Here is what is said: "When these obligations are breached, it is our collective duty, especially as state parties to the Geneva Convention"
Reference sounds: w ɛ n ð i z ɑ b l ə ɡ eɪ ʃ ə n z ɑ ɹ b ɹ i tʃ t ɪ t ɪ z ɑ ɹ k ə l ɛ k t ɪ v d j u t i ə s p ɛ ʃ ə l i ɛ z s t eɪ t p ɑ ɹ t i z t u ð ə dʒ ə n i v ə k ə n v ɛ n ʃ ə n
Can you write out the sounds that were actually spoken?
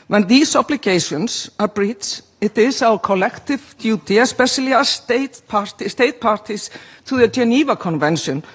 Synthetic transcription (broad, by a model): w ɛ n ð i s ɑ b l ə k eɪ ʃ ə n s ɑ ɹ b ɹ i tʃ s ɪ t ɪ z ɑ w k ə l ɛ k t ɪ v d j u t i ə s p ɛ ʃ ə l i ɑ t s t eɪ t p ɑ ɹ t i s t u ð ə dʒ ə n i v ə k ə n v ɛ n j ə n